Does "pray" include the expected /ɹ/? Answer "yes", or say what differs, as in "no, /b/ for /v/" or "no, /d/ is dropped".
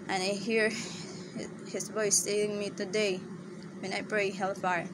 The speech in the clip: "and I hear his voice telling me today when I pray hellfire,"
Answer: yes